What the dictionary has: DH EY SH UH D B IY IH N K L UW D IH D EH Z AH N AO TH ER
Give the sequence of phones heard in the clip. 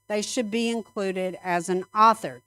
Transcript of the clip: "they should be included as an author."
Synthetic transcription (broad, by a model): DH EY SH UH D B IY IH N K L UW D IH D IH Z AH N AO TH ER